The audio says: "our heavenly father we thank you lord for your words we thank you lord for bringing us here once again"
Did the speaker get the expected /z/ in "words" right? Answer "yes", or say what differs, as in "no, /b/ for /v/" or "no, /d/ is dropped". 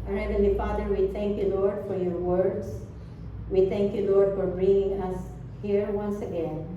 no, /s/ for /z/